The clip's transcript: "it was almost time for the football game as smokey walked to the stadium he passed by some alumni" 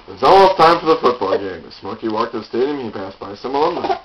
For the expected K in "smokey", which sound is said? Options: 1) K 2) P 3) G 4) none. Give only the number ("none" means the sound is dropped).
1